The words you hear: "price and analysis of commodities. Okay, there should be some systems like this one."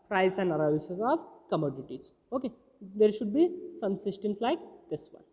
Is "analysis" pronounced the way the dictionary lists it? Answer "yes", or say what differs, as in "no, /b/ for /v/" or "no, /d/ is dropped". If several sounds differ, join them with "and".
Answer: no, /l/ is dropped